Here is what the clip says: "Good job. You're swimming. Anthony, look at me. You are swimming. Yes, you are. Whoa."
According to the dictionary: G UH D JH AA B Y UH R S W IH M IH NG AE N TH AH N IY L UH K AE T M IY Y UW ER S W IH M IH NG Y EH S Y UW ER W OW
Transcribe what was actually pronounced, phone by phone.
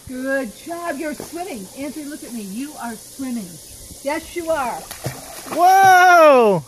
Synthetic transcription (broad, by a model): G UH D JH AA B Y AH R S W IH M IH NG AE N S AH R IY L UH K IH T M IY Y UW ER S W IH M IH NG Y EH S Y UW ER W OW